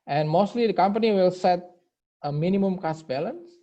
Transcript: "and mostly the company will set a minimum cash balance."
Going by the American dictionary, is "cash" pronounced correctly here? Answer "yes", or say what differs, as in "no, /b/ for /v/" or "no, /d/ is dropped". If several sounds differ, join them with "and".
no, /s/ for /ʃ/